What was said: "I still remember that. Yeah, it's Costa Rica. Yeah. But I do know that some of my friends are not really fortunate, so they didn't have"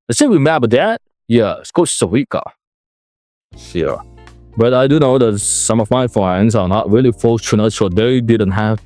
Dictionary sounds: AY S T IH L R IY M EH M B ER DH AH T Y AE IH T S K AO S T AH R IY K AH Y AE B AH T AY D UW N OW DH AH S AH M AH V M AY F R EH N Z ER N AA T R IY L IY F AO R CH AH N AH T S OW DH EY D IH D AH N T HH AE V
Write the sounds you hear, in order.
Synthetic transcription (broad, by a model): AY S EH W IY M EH B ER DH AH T Y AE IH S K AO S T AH W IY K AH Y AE B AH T AY D UW N OW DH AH S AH M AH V M AY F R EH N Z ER N AA T R IY L IY F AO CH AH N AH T S OW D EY D IH D AH N T HH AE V